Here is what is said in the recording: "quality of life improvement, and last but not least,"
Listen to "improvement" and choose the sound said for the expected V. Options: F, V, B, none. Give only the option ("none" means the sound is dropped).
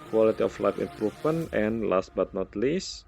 F